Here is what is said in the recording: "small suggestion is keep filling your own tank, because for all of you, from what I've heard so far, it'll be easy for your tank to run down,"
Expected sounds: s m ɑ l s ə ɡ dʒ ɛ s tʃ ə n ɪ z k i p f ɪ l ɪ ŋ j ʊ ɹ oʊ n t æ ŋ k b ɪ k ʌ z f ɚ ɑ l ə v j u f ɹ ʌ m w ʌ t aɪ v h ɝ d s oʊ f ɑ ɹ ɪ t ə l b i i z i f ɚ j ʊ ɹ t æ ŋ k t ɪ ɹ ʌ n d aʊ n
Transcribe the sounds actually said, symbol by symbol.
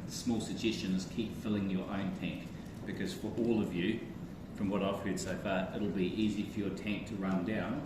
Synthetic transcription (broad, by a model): s m ɑ l s ə ɡ dʒ ɛ s tʃ ə n ɪ z k i p f ɪ l ɪ ŋ j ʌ ɹ oʊ n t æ ŋ k b ɪ k ʌ z f ɚ ɑ l ə v j u f ɹ ʌ m w ʌ t aɪ v h ɝ d s oʊ f ɑ ɹ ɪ t l b i i z i f ɚ j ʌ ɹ t æ ŋ k t ɪ ɹ ʌ n d aʊ n